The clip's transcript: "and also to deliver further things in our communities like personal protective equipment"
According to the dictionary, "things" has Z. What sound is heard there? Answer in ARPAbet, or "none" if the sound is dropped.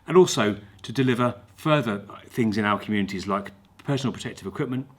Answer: Z